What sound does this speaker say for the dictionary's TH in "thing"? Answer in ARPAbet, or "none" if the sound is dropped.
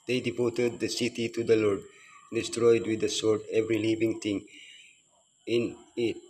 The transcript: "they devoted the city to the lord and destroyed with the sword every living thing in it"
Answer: T